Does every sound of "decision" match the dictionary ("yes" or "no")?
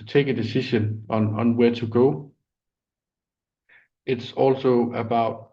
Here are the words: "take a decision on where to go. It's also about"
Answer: no